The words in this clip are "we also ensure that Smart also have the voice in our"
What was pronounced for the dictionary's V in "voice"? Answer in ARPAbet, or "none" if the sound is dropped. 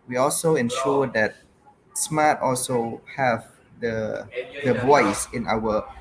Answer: B